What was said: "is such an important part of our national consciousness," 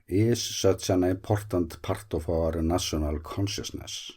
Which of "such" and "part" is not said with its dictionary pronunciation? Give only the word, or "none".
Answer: such